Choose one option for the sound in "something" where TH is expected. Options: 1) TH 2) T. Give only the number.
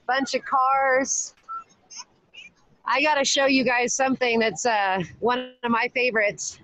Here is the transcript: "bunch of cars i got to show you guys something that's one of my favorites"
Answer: 1